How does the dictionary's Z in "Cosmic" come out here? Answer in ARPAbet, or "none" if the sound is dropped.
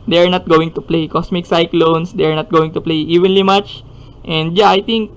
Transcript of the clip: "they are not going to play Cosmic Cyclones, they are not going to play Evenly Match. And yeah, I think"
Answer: S